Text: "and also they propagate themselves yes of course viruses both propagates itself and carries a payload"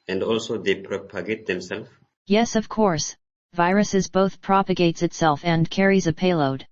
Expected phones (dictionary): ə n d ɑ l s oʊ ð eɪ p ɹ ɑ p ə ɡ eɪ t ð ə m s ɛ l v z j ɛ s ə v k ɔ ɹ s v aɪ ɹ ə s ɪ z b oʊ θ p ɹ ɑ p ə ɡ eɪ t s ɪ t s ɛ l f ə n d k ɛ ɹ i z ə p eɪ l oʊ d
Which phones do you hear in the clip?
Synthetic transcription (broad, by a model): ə n d ɑ l s oʊ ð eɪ p ɹ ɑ p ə ɡ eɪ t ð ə m s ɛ l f j ɛ s ə v k ɔ ɹ s v aɪ ɹ ə s ɪ z b oʊ θ p ɹ ɑ p ə ɡ eɪ t s ɪ t s ɛ l f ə n k ɛ ɹ i z ə p eɪ l oʊ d